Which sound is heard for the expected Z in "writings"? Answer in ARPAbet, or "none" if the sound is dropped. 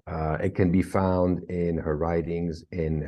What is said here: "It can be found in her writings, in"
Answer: Z